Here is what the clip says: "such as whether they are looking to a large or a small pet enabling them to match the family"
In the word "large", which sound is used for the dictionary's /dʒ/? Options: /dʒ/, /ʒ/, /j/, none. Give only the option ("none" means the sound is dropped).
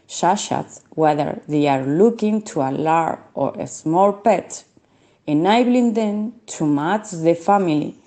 none